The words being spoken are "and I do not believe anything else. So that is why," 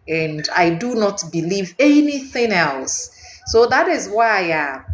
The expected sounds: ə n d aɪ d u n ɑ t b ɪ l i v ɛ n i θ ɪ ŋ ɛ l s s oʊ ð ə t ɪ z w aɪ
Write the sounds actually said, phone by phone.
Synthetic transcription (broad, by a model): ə n d aɪ d u n ɑ t b ɪ l i v ɛ n i θ ɪ ŋ ɛ l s s oʊ ð ə t ɪ z w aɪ